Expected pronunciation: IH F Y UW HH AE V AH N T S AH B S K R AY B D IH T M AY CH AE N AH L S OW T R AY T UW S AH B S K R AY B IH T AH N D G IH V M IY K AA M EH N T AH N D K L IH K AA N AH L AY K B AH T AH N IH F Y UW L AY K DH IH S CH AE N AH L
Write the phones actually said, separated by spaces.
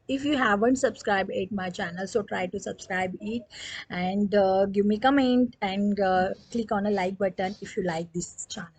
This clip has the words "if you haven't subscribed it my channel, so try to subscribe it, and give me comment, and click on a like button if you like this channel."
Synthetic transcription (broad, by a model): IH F Y UW HH AE V AH N T S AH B S K R AY B IH T M AY CH AE N AH L S OW T R AY T UW S AH B S K R AY B IH T AH N D G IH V M IY K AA M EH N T AH N D K L IH K AA N AH L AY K B AH T AH N IH F Y UW L AY K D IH S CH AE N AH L